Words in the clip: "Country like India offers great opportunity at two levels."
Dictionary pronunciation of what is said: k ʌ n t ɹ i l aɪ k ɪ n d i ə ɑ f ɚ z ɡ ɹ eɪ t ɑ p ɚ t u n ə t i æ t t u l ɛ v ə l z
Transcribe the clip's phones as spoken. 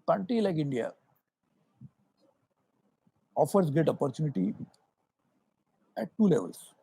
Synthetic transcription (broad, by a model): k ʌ n t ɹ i l aɪ k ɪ n d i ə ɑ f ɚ s ɡ eɪ t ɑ p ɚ t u n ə t i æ t t u l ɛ v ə l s